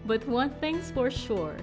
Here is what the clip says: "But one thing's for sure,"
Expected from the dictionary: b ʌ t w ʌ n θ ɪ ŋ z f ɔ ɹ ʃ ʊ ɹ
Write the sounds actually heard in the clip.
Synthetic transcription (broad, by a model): b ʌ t w ʌ n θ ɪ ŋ s f ɔ ɹ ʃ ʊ ɹ